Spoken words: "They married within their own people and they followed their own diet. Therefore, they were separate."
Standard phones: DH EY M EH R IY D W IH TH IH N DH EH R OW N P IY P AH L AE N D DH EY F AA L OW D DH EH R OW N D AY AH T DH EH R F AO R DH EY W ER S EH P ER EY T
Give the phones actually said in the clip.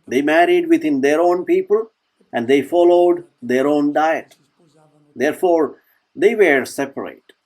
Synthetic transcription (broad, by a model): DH EY M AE R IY D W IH T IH N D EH R OW N P IY P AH L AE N D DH EY F AA L OW D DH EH R OW N D AY AH T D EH R F AO R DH EY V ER S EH P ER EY T